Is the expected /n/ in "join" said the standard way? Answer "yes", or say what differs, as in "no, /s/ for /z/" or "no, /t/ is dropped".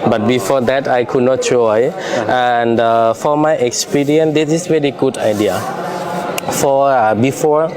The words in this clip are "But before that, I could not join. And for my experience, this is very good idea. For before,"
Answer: no, /n/ is dropped